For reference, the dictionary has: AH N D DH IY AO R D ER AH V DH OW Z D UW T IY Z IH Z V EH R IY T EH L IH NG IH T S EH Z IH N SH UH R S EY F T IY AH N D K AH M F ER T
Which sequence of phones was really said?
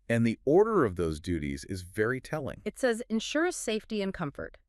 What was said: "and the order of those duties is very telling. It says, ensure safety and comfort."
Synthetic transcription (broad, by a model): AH N DH IY AO R D ER AH V DH OW Z D UW T IY Z IH Z V EH R IY T EH L IH NG IH T S EH Z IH N SH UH R S EY F T IY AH N K AH M F ER T